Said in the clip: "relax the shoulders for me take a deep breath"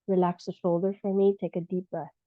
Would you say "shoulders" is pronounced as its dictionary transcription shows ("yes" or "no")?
no